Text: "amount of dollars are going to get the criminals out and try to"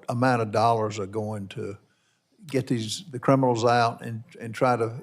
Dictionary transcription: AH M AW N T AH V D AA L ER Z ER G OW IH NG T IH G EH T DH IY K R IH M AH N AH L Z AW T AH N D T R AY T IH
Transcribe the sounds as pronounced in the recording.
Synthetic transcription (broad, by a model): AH M AW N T AH V D AA L ER Z ER G OW IH NG T IH G EH T DH IY K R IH M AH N L Z AW T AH N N T R AY T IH